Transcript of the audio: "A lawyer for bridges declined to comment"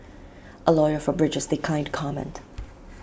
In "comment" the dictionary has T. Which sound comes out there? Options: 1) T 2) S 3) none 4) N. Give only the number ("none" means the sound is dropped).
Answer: 1